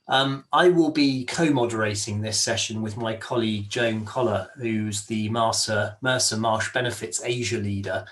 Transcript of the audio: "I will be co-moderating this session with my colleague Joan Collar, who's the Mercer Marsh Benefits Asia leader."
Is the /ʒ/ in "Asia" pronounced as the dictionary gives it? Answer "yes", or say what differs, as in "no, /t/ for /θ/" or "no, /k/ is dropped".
yes